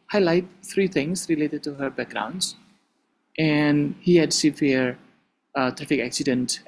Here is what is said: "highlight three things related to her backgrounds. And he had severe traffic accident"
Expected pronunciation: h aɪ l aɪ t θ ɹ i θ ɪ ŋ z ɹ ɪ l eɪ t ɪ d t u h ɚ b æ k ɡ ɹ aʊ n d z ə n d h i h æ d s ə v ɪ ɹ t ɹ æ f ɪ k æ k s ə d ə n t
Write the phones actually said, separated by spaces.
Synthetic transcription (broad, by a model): h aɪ l aɪ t f ɹ i t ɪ ŋ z ɹ ɪ l eɪ t ɪ d t u h ɚ b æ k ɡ ɹ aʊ n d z ə n d h i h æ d s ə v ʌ ɹ t ɹ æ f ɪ k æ k s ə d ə n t